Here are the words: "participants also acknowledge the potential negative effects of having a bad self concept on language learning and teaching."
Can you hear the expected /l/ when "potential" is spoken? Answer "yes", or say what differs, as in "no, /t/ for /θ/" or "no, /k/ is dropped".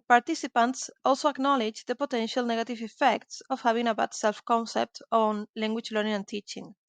yes